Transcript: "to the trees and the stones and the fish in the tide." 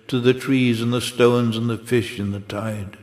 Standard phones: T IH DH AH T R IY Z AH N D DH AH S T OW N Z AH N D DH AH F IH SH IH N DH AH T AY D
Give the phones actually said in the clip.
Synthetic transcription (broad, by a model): T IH DH AH T R IY Z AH N DH AH S T OW N Z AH N DH AH F IH SH IH N DH AH T AY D